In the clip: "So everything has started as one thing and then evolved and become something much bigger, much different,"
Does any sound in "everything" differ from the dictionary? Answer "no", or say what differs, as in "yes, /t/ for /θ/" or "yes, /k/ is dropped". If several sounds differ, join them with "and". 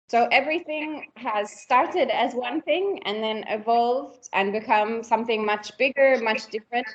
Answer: no